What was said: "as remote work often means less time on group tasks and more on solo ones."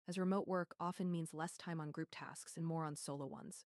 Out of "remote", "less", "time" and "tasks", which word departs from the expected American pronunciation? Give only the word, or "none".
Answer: none